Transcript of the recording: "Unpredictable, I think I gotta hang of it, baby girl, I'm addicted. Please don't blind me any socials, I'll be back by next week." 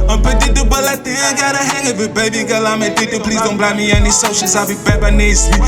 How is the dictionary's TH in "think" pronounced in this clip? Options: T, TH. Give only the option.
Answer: T